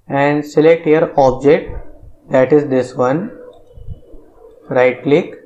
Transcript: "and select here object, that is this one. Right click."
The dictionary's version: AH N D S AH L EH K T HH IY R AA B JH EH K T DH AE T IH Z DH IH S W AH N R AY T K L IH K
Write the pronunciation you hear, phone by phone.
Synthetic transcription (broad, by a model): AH N D S AH L EH K T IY R AA B JH EH K T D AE T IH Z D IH S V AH N R AY T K L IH K